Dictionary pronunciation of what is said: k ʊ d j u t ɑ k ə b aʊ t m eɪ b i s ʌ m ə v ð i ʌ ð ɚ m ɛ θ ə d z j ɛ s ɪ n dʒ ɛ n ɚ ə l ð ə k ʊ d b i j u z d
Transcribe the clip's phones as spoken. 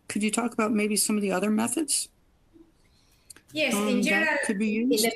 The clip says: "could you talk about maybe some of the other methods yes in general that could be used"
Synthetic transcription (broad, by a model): k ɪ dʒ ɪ t ɑ k ə b aʊ t m eɪ b i s ʌ m ə v ð i ʌ ð ɚ m ɛ θ ə d z j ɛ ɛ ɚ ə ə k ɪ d b i j u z